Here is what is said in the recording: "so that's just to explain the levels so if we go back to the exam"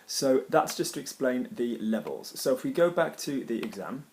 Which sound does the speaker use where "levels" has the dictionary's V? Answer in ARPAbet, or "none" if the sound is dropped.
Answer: V